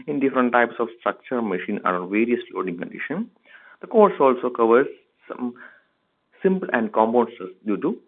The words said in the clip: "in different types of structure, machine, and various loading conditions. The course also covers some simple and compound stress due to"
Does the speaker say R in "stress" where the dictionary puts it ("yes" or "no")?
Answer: no